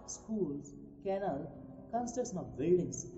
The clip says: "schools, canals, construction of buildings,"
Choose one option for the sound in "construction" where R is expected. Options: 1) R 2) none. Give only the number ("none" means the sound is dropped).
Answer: 2